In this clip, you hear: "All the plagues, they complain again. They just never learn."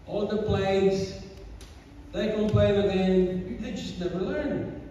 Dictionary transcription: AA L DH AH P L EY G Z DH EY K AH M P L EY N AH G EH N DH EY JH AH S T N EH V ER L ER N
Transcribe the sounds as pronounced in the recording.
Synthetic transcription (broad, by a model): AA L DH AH P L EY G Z DH EY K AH P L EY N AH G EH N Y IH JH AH S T N EH V ER L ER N